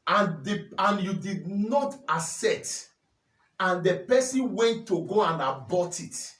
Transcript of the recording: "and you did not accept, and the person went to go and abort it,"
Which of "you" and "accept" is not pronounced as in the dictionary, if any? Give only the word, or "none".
accept